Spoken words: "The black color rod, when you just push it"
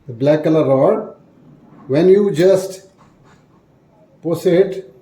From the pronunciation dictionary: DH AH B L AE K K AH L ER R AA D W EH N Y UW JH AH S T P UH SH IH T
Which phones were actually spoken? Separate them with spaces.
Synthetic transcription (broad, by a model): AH B L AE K K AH L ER R AA D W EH N Y UW JH AH S T P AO S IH T